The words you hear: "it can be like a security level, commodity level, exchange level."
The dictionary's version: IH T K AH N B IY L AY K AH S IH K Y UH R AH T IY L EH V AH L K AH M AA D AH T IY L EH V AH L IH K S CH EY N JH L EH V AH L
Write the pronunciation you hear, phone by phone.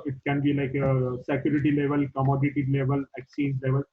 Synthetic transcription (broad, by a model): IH T K AH N B IY L AY K AH S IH K Y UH R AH T IY L EH V AH L K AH M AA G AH T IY L EH V AH L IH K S IY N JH L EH V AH L